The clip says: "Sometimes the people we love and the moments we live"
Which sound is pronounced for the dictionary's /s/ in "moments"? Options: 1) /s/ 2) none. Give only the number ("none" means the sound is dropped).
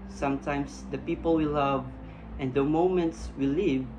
1